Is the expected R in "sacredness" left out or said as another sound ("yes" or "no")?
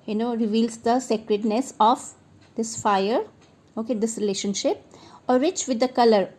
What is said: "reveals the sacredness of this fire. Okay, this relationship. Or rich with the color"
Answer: no